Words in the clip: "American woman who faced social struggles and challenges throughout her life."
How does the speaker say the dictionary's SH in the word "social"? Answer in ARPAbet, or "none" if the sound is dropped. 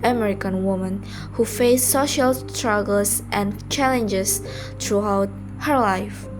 SH